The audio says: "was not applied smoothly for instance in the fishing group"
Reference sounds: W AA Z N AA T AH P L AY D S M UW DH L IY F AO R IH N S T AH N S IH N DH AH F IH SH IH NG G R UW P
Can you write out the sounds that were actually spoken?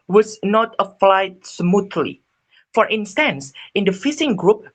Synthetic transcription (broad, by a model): W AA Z N AA T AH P L AY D S M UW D L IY F AO R IH N S T AH N S IH N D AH F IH S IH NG G R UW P